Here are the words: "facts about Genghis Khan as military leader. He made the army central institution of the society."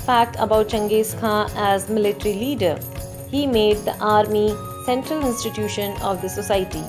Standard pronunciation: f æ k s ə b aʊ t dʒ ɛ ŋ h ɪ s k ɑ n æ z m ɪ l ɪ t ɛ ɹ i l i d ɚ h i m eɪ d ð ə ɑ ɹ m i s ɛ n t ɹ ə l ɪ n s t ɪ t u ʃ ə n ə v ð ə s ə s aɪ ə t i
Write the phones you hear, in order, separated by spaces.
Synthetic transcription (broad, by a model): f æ k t ə b aʊ t tʃ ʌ ŋ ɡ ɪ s k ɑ æ z m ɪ l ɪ t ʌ ɹ i l i d ɚ h i m eɪ d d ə ɑ ɹ m i s ɛ n t ɹ ə l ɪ n s t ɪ t u ʃ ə n ə v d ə s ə s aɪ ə t i